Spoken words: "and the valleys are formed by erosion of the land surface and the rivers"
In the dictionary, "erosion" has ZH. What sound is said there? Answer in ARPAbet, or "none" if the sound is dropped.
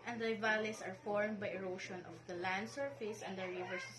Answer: SH